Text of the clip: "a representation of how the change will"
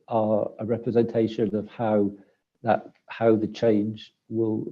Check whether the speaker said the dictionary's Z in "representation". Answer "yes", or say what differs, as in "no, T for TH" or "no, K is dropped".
yes